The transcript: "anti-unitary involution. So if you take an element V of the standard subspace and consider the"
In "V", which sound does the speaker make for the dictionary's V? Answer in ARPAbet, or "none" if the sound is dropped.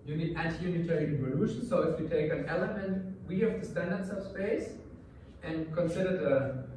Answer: W